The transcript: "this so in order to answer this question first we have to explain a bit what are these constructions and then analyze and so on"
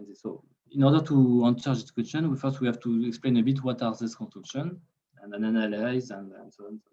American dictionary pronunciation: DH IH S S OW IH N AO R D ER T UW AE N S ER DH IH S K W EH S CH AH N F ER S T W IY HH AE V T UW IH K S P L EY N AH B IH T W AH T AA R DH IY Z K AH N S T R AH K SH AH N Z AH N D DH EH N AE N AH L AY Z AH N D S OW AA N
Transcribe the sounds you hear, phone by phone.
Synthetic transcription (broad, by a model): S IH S S OW IH N AO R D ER T UW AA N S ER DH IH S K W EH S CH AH N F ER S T W IY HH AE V T UW IH K S P L EY N AH B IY T W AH T AA R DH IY S K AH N S T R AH K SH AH N AH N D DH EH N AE N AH L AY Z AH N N S OW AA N